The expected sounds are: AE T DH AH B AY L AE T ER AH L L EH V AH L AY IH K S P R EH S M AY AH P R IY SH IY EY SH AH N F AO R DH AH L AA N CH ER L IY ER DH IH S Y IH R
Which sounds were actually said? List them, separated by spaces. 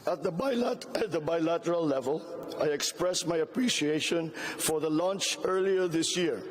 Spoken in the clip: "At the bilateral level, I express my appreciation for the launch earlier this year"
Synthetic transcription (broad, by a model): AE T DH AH B AY L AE T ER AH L L EH V AH L AY IH K S P R EH S M AY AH P R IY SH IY EY SH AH N F AO R DH AH L AA N CH ER L IY ER DH IH S Y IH R